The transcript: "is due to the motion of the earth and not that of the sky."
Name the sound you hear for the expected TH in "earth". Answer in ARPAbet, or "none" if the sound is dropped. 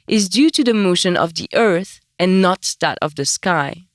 TH